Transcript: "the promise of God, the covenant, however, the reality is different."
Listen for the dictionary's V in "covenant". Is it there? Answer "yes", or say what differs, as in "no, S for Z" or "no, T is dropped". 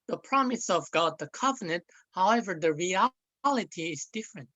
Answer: yes